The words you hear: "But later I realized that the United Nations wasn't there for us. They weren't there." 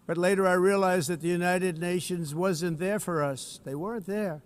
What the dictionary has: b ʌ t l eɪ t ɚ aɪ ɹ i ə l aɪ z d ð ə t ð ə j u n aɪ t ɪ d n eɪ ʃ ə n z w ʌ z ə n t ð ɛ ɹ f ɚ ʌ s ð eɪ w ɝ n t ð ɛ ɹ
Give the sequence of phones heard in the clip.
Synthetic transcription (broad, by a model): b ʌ t l eɪ t ɚ aɪ ɹ i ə l aɪ z ð ə t ð ə j u n aɪ t ɪ d n eɪ ʃ ə n z w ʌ z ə n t ð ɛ ɹ f ɚ ʌ s ð eɪ w ɝ n t ð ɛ ɹ